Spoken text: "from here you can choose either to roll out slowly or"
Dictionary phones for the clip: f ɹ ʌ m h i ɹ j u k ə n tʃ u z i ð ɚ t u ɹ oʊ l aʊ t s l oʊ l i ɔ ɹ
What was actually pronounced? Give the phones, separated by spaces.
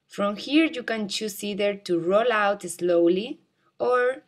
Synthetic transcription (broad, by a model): f ɹ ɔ m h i ɹ j u k ə n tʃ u s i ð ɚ t u ɹ oʊ l aʊ t s l oʊ l i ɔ ɹ